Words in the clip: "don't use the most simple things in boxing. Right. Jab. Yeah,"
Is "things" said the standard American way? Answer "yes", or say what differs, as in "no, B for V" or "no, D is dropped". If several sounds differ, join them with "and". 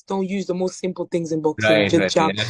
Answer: yes